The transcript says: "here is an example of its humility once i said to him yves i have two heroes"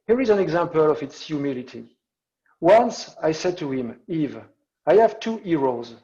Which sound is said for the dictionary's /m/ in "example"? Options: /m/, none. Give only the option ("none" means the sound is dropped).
/m/